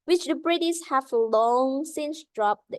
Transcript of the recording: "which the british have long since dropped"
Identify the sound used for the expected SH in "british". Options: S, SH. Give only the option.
S